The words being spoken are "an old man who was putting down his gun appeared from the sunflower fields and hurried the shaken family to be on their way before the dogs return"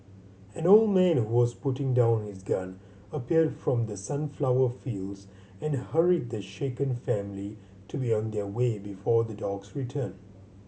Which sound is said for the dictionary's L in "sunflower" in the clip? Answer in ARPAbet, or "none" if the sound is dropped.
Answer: L